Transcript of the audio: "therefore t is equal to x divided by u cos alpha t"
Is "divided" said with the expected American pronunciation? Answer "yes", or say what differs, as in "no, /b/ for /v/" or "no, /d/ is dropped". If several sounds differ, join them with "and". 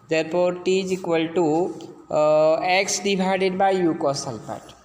no, /b/ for /v/